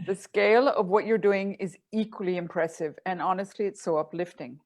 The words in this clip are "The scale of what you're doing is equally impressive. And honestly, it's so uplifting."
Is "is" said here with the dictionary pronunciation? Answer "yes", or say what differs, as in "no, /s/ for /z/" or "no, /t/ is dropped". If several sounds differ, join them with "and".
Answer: yes